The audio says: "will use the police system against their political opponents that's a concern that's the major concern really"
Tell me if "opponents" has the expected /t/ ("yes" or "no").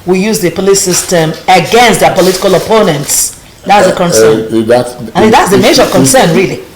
yes